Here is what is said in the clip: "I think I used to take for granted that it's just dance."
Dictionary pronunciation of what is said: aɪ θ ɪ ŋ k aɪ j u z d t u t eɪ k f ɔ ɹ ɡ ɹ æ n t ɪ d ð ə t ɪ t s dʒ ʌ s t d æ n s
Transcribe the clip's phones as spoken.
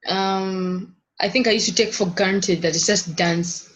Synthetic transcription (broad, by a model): aɪ θ ɪ ŋ k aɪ j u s t u t eɪ k f ɔ ɹ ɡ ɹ n t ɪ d ð ə t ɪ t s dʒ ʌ s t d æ n s